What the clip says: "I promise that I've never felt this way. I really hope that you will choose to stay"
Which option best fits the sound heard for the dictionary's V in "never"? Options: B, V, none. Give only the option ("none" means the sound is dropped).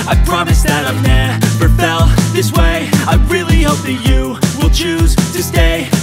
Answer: B